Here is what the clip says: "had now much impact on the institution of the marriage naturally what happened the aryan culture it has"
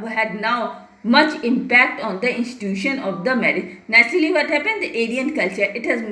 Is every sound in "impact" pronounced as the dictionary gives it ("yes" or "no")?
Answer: yes